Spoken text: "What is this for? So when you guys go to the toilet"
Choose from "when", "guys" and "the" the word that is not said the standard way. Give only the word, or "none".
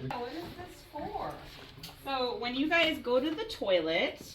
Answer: none